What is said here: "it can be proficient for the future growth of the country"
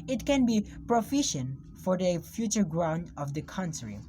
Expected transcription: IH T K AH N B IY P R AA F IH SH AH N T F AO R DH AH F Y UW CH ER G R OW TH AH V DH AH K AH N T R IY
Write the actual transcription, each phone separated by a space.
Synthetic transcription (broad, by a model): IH T K AH N B IY P R AA F IH SH AH N T F AO R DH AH F Y UW CH ER G R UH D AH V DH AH K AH N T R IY